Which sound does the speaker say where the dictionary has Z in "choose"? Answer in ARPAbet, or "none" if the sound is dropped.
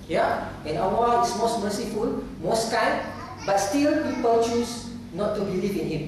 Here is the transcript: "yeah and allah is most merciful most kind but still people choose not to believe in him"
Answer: S